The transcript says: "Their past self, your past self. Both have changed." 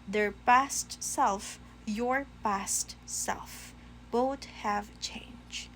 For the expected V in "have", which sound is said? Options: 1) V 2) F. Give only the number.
1